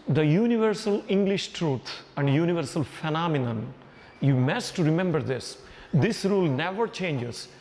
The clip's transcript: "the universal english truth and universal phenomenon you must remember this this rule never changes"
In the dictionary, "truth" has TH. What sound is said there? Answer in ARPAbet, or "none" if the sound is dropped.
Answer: T